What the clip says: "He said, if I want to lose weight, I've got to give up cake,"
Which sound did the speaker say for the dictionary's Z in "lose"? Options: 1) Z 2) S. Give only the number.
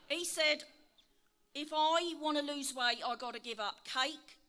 1